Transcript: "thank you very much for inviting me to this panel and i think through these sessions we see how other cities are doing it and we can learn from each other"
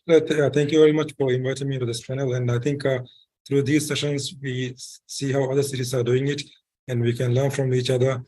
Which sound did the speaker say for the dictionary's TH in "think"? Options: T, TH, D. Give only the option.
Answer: T